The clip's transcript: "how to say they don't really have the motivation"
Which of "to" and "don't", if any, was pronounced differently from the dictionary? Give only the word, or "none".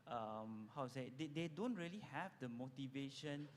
to